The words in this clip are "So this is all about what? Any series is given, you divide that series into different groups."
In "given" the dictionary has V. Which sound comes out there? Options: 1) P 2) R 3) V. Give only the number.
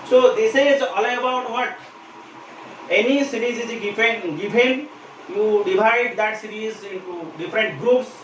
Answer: 1